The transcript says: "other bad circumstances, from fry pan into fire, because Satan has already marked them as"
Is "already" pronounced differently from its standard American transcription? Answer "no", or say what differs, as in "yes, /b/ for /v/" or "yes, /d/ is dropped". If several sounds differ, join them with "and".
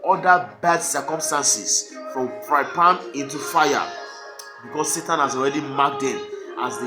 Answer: no